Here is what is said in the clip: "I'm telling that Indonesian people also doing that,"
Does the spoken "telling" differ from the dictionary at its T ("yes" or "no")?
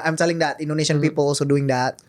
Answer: yes